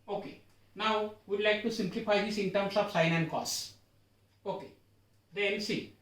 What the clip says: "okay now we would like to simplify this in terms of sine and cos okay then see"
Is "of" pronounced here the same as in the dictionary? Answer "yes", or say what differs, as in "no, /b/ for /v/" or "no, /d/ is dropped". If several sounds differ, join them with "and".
no, /p/ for /v/